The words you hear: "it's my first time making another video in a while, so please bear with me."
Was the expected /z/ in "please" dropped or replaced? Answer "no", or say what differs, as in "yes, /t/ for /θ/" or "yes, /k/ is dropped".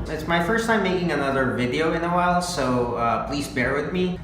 no